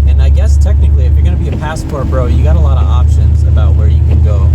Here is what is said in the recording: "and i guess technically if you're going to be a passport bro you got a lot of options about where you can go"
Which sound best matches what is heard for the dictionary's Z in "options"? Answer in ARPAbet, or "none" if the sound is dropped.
Z